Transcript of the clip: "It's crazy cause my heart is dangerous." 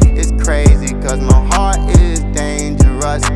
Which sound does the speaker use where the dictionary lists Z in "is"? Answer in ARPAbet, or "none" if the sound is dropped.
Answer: Z